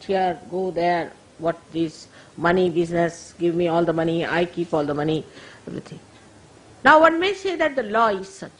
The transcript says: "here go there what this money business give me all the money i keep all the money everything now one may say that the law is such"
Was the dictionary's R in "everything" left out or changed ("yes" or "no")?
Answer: yes